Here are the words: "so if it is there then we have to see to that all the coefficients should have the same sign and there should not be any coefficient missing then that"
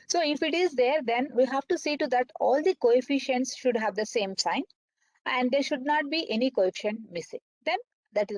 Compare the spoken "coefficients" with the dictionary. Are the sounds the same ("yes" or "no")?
yes